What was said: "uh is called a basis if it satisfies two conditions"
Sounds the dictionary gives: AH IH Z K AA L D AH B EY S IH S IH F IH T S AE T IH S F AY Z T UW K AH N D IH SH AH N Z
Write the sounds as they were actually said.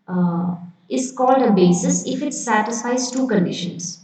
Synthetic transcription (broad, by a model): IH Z K AA L D AH B EY S IH S IH F IH T S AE T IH S F AY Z T UW K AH N D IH SH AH N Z